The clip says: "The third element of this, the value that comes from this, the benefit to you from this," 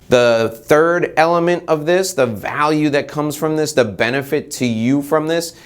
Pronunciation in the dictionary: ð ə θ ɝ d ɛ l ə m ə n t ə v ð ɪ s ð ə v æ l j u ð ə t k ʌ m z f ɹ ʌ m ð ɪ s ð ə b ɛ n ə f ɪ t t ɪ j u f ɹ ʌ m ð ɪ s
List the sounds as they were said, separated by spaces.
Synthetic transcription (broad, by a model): ð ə θ ɝ d ɛ l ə m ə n t ə v ð ɪ s ð ə v æ l j u ð ə t k ʌ m z f ɹ ʌ m ð ɪ s ð ə b ɛ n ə f ɪ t t ɪ j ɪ f ɹ ʌ m ð ɪ s